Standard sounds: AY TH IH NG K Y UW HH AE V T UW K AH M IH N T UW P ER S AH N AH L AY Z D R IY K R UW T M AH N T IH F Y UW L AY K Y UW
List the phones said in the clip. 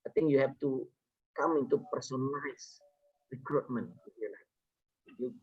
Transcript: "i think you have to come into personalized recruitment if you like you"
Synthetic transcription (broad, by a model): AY T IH NG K Y UW HH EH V T UW K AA M IH N T UW P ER S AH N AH IH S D R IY K R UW T M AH N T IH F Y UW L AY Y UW